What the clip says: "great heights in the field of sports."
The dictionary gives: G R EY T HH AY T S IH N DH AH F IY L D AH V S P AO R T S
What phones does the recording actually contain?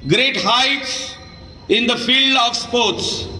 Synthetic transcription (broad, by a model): G R EY T HH AY T S IH N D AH F IY L D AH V S P AO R T S